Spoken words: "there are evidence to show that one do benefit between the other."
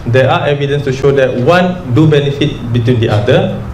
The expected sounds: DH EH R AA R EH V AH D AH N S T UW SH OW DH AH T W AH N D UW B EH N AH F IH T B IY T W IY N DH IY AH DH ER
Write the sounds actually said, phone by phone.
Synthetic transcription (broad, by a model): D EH AA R EH V AH D AH N S T UW SH OW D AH T W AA N D UW B EH N AH F IH T B IY T W IY N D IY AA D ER